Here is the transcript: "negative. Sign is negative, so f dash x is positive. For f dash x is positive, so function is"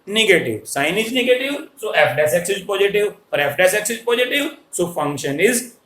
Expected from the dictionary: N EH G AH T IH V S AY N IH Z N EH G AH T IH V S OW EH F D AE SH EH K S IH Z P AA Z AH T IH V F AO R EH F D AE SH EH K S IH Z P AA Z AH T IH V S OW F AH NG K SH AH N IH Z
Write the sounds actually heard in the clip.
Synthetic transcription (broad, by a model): N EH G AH T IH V S AY N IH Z N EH G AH T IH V S OW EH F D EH S EH K S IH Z P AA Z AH T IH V P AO R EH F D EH S EH K S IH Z P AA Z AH T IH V S OW F AH NG K SH AH N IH Z